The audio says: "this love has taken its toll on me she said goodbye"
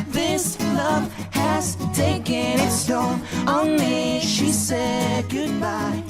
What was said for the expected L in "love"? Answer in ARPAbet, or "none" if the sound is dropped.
L